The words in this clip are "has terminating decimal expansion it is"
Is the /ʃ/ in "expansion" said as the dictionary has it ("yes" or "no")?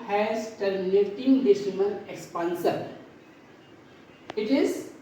no